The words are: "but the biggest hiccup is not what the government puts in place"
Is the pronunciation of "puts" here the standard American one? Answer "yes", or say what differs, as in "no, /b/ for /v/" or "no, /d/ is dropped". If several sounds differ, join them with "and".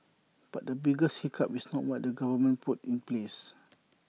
no, /s/ is dropped